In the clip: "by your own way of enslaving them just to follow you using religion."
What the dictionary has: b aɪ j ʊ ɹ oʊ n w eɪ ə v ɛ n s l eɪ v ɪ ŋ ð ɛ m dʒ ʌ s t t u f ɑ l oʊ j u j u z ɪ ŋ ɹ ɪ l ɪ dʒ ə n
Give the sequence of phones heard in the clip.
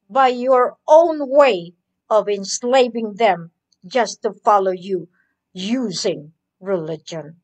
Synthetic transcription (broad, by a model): b aɪ j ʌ ɹ oʊ n w eɪ ə v ɛ n s l eɪ v ɪ ŋ ð ɛ m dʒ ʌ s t t u f ɑ l oʊ j u j u z ɪ ŋ ɹ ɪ l ɪ dʒ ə n